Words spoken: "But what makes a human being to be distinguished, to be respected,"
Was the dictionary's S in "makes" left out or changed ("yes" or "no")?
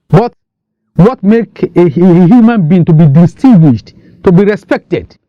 yes